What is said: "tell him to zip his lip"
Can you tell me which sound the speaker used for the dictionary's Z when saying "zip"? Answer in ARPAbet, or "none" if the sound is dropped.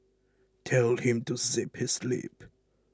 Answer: S